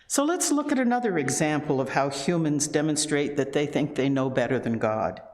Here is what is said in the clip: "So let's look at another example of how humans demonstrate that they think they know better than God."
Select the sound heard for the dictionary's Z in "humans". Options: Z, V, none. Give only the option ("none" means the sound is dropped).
Z